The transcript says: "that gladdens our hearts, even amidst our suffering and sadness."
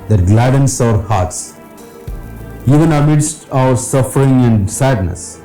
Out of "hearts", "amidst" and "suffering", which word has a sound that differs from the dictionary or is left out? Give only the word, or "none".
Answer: none